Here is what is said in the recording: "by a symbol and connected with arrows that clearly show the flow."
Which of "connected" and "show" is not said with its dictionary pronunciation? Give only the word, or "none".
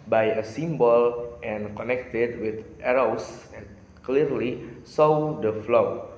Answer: show